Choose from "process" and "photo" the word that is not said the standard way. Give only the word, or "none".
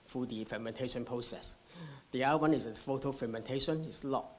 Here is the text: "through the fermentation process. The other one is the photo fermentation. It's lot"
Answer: none